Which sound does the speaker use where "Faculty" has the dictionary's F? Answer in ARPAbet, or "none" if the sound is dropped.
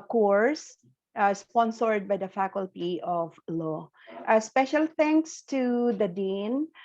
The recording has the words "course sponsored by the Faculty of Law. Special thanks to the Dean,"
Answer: F